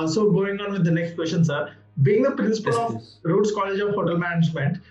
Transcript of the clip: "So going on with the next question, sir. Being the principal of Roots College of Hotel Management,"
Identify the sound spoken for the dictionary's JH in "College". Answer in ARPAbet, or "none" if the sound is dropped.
JH